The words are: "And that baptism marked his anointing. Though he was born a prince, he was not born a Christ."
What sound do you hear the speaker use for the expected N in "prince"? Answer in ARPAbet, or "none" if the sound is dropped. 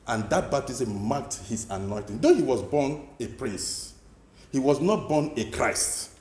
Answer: none